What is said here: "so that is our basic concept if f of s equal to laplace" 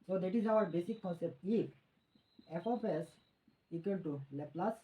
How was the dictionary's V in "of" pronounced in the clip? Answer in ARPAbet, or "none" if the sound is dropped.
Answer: P